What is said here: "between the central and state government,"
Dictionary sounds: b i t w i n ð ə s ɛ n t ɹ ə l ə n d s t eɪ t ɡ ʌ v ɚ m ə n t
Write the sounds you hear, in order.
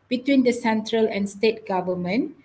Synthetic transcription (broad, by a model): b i t w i n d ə s ɛ n t ɹ ə l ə n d s t eɪ t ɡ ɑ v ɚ m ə n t